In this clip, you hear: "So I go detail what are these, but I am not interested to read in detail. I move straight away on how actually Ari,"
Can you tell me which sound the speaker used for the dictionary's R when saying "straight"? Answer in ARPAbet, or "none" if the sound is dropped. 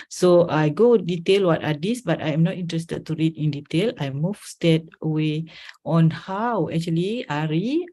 none